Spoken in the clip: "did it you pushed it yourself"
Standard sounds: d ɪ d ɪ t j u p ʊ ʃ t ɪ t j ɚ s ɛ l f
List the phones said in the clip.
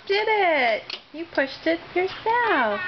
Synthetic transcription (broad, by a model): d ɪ d ɪ t j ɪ p ʊ ʃ t ɪ t j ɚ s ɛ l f